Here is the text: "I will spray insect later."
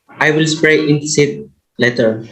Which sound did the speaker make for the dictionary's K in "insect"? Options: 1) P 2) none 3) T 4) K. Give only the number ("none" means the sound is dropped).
2